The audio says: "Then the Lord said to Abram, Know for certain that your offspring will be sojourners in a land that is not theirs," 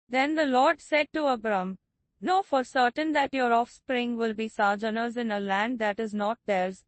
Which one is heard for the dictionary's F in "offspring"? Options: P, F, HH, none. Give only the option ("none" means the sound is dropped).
F